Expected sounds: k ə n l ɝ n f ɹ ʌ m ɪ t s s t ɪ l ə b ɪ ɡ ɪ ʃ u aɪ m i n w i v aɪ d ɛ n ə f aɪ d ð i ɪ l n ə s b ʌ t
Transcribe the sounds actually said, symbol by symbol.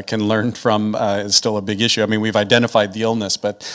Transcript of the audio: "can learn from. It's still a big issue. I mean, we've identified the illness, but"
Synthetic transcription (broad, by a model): k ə n l ɝ n f ɹ ʌ m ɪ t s s t ɪ l ə b ɪ ɡ ɪ ʃ u aɪ m i n w i v aɪ d ɛ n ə f aɪ d ð i ɪ l n ə s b ʌ t